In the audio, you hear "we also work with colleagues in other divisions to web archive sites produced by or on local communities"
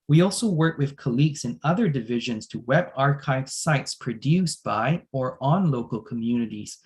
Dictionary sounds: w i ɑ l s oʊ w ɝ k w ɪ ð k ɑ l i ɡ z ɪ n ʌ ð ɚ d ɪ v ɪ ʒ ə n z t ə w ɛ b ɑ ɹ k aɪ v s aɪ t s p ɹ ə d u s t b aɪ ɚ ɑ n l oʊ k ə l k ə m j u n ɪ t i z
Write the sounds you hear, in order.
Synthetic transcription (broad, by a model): w i ɑ l s oʊ w ɝ k w ɪ ð k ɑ l i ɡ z ɪ n ʌ ð ɚ d ɪ v ɪ ʒ ə n z t ə w ɛ b ɑ ɹ k aɪ v s aɪ t s p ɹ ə d u s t b aɪ ɚ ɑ n l oʊ k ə l k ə m j u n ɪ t i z